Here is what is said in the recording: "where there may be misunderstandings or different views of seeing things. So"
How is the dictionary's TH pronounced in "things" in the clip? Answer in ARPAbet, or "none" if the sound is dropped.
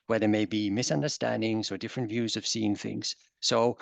TH